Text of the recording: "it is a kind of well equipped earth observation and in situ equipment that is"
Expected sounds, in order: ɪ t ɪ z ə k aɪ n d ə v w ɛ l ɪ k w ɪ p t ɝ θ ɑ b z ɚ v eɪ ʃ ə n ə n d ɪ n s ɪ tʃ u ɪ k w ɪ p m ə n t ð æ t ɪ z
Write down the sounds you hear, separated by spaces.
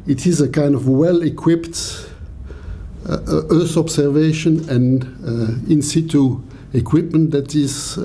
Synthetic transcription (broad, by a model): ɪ t ɪ z ə k aɪ n d ə v w ɛ l ɪ k w ɪ p t ɝ θ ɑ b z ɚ v eɪ ʃ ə n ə n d ɪ n s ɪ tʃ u ɪ k w ɪ p m ə n t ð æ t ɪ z